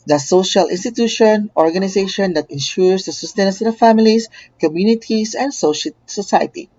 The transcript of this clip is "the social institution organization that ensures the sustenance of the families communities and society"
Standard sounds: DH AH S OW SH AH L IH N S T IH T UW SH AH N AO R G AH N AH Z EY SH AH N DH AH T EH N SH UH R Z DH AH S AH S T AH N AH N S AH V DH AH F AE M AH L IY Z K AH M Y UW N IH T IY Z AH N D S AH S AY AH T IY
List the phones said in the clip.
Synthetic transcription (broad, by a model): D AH S OW SH AH L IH N S T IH T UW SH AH N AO R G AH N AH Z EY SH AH N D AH T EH N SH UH R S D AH S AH S T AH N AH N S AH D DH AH F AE M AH L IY S K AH M Y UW N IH T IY S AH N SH S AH S AY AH T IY